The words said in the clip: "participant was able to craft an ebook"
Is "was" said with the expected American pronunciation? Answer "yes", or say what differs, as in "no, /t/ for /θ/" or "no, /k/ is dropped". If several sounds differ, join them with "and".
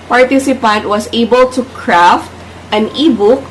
no, /s/ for /z/